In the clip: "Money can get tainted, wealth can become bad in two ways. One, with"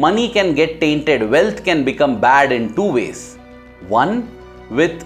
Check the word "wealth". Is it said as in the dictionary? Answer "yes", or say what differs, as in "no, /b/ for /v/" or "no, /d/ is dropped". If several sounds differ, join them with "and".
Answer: no, /t/ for /θ/